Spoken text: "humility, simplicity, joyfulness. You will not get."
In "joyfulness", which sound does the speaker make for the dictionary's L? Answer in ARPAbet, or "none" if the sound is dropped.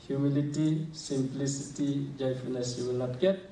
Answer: none